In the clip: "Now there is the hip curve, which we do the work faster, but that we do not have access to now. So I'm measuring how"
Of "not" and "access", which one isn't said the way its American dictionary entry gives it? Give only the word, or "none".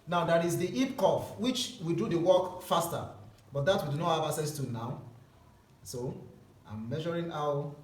access